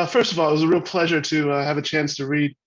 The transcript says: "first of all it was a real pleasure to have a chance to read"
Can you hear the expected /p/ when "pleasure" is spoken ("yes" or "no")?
yes